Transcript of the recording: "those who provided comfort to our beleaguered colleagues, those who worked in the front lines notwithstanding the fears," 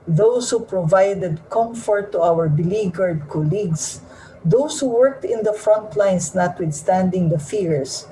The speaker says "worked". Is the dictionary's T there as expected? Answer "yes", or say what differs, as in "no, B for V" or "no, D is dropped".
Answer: yes